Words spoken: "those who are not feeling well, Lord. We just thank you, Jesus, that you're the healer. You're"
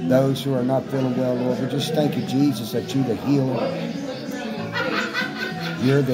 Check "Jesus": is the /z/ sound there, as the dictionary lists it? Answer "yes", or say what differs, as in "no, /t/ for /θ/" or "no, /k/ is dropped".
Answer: yes